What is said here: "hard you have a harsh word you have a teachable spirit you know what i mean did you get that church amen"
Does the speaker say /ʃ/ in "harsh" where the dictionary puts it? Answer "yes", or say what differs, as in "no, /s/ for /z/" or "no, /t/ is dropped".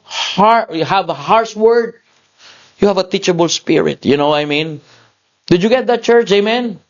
no, /s/ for /ʃ/